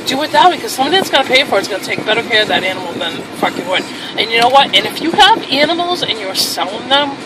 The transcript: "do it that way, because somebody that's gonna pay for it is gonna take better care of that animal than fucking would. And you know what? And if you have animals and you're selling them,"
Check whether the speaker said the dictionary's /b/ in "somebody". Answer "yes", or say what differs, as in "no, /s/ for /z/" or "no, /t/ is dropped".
no, /b/ is dropped